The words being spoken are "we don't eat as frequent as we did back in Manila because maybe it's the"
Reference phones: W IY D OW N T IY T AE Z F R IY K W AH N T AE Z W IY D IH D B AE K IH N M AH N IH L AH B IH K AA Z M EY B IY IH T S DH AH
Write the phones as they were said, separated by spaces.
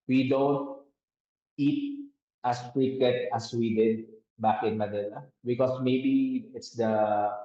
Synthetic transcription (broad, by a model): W IY D OW N T IY T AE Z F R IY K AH T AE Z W IY D IH D B AE K IH N M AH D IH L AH B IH K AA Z M EY B IY IH T S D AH